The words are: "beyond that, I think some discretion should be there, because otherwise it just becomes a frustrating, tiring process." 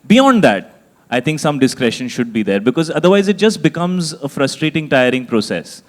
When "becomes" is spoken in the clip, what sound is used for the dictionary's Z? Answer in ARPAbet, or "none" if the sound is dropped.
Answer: Z